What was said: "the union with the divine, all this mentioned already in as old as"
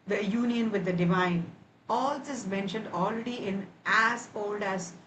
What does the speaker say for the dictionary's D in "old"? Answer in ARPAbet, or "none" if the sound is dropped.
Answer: D